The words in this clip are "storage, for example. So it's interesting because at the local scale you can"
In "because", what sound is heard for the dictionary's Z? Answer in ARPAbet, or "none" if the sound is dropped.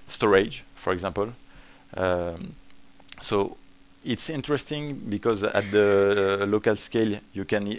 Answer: Z